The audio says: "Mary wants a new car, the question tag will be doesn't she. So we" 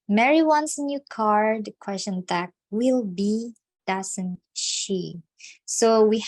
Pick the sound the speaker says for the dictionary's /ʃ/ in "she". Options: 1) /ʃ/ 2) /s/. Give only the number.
1